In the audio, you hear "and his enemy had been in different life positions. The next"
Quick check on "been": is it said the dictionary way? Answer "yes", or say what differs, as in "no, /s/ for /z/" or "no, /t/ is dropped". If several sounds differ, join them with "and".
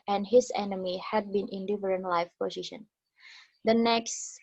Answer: yes